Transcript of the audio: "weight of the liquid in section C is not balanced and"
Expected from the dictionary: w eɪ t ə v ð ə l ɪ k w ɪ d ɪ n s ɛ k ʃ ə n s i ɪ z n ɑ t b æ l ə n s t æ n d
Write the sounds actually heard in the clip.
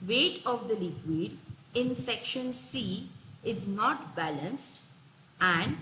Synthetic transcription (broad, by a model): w eɪ t ə v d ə l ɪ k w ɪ d ɪ n s ɛ k ʃ ə n s i ɪ z n ɑ t b æ l ə n s t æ n d